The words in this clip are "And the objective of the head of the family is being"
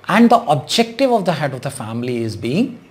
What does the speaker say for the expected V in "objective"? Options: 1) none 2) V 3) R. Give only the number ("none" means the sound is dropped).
2